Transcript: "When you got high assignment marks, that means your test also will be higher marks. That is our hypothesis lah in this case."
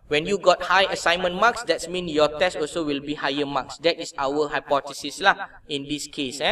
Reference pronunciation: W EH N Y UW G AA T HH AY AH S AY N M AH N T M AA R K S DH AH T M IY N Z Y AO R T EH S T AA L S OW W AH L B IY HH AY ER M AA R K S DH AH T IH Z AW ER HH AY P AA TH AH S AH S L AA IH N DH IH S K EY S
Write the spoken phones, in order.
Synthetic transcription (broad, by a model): W EH N Y UW G AA T HH AY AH S AY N M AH N M AA K S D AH T M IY N Y AO T EH S T AA L S OW W AH L B IY HH AY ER M AA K S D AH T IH S AW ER HH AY P AA T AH S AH S L AA IH N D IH S K EY S